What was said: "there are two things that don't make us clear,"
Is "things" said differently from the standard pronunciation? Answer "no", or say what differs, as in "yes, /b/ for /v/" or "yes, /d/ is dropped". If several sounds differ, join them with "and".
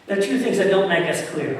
no